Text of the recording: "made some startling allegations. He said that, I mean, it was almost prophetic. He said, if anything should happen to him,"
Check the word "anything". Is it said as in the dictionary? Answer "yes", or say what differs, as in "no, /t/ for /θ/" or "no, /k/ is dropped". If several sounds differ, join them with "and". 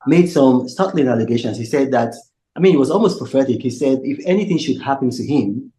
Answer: yes